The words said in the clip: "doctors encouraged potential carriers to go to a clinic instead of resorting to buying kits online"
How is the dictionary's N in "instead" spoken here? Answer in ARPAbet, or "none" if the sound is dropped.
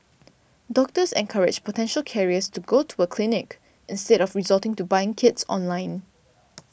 N